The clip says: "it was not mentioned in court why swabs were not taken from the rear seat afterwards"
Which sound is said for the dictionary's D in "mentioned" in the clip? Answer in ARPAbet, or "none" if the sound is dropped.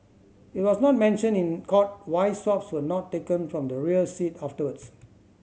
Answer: none